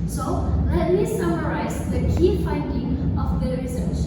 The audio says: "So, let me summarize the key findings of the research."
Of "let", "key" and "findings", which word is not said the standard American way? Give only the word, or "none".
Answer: findings